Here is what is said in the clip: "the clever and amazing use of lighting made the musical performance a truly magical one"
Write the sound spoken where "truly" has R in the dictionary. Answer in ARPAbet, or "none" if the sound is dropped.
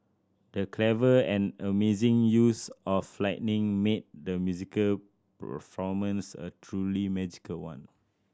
R